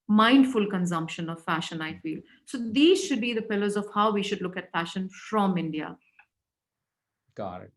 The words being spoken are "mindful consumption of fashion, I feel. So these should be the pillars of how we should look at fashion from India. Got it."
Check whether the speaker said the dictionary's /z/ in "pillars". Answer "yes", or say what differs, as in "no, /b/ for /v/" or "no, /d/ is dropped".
yes